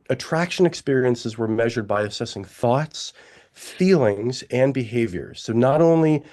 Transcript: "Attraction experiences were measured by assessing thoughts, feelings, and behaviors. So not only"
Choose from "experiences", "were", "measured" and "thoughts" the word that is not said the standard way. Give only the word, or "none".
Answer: none